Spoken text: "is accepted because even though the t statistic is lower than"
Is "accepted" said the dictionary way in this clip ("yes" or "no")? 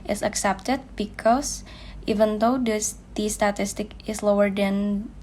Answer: yes